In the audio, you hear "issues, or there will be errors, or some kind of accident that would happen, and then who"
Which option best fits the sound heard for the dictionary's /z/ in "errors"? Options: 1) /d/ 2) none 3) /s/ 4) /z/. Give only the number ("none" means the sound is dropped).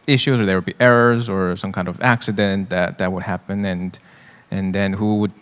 4